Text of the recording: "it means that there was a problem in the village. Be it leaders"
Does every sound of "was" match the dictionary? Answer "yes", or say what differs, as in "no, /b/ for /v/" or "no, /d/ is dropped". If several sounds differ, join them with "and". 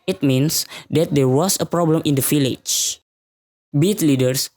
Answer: no, /s/ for /z/